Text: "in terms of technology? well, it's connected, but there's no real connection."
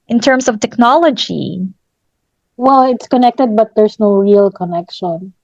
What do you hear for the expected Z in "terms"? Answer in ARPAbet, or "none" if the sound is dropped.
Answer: S